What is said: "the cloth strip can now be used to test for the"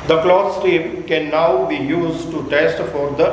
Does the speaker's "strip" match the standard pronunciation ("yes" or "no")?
no